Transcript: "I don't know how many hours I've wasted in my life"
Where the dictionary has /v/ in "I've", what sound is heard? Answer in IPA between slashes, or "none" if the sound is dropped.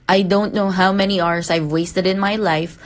/v/